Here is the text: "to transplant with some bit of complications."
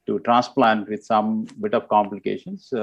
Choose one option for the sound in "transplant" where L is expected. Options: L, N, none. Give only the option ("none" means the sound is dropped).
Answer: L